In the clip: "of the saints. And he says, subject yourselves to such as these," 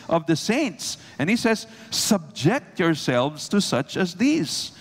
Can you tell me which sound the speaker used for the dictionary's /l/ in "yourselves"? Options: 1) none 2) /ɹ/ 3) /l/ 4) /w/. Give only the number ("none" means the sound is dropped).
3